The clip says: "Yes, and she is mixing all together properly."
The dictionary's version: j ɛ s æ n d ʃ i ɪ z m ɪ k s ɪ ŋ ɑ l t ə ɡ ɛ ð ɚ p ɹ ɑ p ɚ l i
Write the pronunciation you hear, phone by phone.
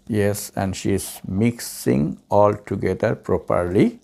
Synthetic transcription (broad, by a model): j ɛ s æ n d ʃ i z m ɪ k s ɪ ŋ ɑ l t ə ɡ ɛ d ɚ p ɹ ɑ p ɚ l i